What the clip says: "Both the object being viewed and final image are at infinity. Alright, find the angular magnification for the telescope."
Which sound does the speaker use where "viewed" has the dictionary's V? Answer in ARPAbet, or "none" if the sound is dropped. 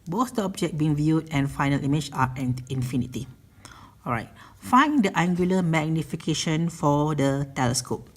V